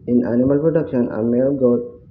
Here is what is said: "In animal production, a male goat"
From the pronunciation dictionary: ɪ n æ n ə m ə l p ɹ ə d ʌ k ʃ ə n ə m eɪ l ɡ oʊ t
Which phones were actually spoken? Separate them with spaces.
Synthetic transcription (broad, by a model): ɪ n æ n ə m ə l p ɹ ə d ʌ k ʃ ə n ə m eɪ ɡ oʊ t